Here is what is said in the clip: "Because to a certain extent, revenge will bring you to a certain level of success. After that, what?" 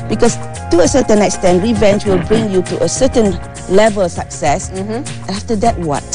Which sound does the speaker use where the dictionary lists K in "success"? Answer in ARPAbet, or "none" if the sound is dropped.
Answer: none